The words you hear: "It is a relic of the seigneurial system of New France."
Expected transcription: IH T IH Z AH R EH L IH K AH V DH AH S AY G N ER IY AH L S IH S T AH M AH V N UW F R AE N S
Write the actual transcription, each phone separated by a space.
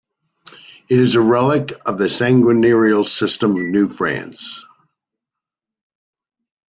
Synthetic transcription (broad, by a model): IH T IH Z AH R EH L IH K AH V DH AH S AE G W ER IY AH L S IH S T AH M AH V N UW F R AE N S